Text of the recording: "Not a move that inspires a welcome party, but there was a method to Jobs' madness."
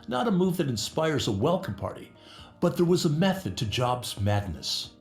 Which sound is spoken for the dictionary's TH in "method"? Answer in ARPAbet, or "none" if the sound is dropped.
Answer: TH